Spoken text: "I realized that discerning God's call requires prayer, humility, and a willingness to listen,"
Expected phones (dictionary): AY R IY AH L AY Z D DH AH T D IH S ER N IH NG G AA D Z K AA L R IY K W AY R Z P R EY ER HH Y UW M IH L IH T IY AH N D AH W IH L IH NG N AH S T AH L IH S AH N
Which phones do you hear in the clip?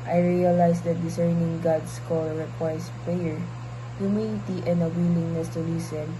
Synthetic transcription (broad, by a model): AY R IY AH L AY S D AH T D IH S ER N IH NG G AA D S K AA L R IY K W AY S P R EY ER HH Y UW M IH N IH T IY AH N D AH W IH L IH NG N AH S T AH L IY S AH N